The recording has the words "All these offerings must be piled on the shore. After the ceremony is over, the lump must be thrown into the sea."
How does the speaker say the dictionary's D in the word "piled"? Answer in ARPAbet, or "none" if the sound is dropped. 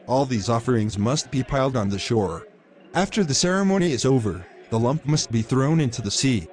D